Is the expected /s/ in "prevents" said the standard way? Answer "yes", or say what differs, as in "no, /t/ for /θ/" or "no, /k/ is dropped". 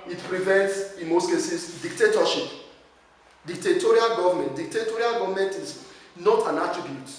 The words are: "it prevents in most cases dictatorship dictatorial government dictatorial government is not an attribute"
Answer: yes